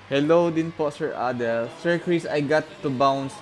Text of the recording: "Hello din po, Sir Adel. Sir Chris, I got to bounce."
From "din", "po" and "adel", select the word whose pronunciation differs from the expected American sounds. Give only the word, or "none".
none